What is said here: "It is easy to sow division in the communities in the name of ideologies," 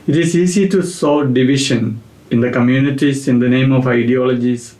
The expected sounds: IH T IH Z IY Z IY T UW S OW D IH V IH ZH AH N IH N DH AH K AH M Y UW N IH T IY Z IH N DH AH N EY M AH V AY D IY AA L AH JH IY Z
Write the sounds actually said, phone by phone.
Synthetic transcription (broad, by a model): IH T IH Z IY S IY T UW S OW D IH V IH SH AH N IH N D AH K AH M Y UW N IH T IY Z IH N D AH N EY M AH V AY D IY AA L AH JH IY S